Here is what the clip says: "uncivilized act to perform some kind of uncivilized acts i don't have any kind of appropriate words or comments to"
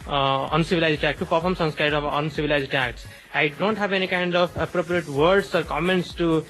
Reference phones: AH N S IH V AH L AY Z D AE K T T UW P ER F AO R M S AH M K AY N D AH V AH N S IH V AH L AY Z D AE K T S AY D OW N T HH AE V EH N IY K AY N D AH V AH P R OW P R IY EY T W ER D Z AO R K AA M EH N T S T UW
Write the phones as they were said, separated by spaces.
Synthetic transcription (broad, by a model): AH N S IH V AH L AY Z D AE K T T UW P ER F AO R M S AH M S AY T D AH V AH N S IH V AH L AY Z D AE K T S AY D OW N T HH AE V EH N IY K AY N D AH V AH P R OW P R IY EY T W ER D S AO R K AA M EH N T S T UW